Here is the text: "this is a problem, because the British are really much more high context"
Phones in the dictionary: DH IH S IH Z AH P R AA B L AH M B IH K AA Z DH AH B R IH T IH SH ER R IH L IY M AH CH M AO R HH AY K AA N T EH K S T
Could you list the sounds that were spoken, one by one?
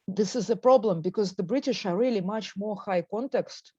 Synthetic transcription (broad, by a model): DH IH S IH Z AH P R AA B L AH M B IH K AA Z DH AH B R IH T IH SH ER R IH L IY M AH CH M AO R HH AY K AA N T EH K S T